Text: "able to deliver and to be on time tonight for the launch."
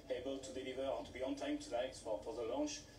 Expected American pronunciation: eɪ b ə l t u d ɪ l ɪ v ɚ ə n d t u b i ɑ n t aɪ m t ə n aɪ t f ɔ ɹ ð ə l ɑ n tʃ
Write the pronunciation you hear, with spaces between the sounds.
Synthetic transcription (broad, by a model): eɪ b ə l t u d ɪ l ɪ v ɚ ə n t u b i ɑ n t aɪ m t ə l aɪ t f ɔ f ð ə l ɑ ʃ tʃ